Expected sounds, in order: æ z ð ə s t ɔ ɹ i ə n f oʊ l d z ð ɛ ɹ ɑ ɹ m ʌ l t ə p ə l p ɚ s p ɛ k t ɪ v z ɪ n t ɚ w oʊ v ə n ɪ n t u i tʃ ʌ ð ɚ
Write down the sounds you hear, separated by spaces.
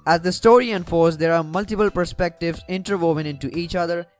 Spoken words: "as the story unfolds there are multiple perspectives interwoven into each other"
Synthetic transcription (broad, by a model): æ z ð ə s t ɔ ɹ i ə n f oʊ d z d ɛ ɹ ɑ ɹ m ʌ l t ə p ə l p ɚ s p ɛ k t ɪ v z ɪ n t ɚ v oʊ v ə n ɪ n t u i tʃ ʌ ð ɚ